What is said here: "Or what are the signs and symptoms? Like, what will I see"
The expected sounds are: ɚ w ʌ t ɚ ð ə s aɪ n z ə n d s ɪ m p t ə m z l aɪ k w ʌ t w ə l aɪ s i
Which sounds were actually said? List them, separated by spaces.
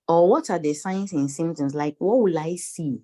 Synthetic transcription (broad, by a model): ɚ w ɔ t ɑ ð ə s aɪ n s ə n s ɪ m t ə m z l aɪ k w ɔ t w ə l aɪ s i